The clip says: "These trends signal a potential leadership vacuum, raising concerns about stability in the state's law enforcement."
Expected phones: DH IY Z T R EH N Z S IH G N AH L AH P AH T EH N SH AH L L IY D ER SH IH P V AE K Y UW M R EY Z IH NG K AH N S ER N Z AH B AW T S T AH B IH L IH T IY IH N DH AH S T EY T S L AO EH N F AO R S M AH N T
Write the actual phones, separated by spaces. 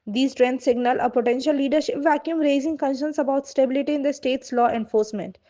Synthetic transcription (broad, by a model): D IY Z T R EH N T S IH G N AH L AH P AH T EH N SH AH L L IY D ER SH IH P V AE K Y UW M R EY Z IH NG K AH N SH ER N S AH B AW T S T AH B IH L IH T IY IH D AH S T EY T S L AO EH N F AO R S M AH N T